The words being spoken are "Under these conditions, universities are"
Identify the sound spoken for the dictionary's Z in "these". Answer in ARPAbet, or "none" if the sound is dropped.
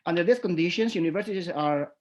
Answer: S